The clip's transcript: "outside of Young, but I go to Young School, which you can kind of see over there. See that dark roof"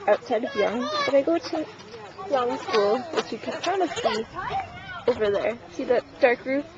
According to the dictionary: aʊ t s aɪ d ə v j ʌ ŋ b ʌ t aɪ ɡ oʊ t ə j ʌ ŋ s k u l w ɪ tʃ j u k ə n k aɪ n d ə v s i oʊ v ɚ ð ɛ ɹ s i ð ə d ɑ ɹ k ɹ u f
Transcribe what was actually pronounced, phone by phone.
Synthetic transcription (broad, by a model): aʊ t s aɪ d ə v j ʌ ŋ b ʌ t aɪ ɡ oʊ t ə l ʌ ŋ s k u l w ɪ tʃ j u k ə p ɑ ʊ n ə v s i oʊ v ɚ ð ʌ ɹ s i ð ə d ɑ ɹ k ɹ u